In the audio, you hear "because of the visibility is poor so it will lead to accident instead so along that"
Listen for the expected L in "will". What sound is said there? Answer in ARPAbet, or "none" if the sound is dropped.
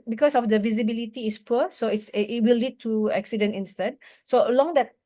W